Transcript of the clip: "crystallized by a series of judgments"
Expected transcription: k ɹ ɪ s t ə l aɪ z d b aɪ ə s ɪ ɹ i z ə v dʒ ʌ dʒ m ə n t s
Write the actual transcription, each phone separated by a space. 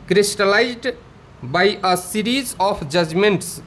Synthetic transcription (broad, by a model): k ɹ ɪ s t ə l aɪ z d b aɪ ə s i ɹ i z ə p dʒ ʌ dʒ m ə n t s